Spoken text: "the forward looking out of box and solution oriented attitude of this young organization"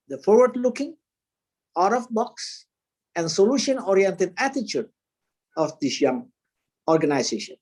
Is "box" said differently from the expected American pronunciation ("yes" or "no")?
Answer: no